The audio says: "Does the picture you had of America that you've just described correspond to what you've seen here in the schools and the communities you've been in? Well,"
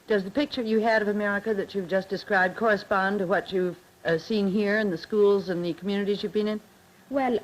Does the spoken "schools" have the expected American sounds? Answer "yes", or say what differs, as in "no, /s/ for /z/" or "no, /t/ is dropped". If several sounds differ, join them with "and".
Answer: yes